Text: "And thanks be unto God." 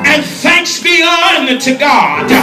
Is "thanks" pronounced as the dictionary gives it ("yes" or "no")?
yes